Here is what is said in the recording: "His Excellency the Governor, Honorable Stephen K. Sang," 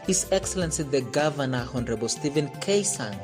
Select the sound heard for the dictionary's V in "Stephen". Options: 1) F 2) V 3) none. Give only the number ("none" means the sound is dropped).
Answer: 2